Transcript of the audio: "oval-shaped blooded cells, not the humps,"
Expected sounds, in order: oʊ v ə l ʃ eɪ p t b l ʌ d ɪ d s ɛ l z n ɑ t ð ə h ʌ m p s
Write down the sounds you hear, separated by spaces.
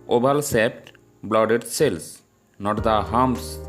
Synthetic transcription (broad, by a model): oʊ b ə l s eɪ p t b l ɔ d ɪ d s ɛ l s n ɑ t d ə h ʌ m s